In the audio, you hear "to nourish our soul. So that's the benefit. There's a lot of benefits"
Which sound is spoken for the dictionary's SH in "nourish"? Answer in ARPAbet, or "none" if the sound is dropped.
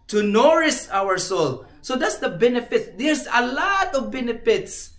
S